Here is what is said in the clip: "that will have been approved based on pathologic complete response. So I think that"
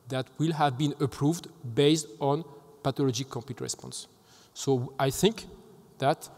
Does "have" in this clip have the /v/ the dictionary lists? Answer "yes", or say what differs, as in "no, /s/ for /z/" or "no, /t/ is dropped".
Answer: yes